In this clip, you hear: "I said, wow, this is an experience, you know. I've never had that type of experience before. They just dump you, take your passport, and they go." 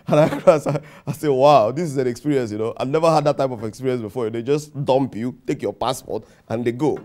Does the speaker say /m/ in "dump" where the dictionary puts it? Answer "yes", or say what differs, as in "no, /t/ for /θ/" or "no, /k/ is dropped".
yes